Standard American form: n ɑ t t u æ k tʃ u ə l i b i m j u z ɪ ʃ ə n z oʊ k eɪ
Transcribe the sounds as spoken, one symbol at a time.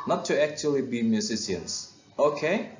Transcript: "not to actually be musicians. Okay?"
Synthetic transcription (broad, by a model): n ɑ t t u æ k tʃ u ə l i b i m j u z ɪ s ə n s oʊ k eɪ